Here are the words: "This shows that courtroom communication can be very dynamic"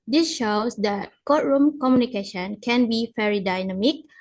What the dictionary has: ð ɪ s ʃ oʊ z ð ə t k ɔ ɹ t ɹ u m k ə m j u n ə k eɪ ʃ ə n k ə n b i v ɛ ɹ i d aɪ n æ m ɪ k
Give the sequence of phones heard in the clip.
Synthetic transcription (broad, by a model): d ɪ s ʃ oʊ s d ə t k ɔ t ɹ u m k ə m j u n ə k eɪ ʃ ə n k ə n b i f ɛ ɹ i d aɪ n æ m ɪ k